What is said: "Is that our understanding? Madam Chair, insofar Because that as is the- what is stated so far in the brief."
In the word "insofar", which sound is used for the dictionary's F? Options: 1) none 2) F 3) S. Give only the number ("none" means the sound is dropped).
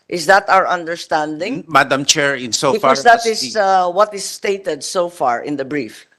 1